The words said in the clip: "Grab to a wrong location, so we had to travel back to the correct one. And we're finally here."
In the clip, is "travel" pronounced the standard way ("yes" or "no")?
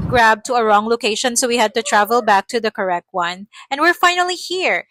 yes